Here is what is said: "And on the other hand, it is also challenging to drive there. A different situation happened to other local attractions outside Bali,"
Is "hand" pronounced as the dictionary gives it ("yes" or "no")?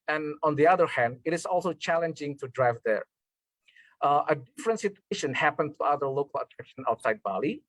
yes